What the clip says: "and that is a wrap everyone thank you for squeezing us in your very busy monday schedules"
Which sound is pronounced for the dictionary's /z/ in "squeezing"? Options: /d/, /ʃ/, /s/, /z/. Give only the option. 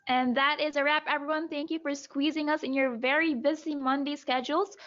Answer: /z/